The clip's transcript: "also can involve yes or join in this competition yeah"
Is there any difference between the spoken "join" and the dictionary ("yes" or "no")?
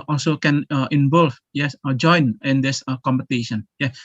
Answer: no